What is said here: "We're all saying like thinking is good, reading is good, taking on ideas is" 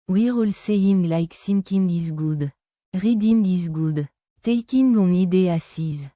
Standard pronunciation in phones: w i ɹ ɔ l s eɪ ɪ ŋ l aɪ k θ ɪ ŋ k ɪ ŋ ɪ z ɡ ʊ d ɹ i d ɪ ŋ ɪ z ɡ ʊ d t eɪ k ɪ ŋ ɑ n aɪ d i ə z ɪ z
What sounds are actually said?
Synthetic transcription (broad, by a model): w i ɹ ɔ l s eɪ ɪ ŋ l aɪ k s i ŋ k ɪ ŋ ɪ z ɡ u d ɹ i d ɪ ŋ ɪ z ɡ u d t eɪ k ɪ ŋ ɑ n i d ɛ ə s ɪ z